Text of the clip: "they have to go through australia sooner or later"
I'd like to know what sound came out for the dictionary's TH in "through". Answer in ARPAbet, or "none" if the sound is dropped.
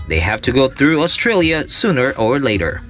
TH